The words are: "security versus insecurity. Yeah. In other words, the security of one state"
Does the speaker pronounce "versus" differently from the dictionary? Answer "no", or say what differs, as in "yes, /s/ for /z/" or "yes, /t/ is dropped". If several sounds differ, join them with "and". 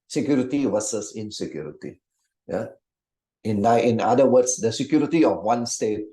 yes, /w/ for /v/